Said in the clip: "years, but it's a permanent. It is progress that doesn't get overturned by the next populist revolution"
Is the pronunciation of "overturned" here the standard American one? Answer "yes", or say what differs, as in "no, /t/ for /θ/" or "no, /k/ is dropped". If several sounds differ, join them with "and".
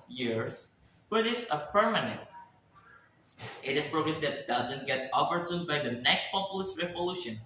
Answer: no, /p/ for /v/